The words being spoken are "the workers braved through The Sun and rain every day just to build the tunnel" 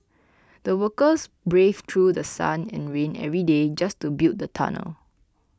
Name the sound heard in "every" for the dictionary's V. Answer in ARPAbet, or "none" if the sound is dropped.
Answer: V